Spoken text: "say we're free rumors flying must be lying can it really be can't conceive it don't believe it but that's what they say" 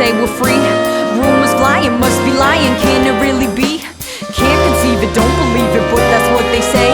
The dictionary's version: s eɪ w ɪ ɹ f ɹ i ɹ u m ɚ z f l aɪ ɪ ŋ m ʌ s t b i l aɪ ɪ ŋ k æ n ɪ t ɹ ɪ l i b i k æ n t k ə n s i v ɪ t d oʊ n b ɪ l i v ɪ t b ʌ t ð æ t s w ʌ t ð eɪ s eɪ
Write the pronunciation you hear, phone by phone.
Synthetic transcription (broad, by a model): eɪ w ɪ l f ɹ i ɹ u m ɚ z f l aɪ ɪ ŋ m ʌ s t b i l aɪ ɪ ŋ k æ n ɪ t ɹ ɪ l i b i k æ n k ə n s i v ɪ t d oʊ n b ɪ l i v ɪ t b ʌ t ð æ t s w ʌ t ð eɪ s eɪ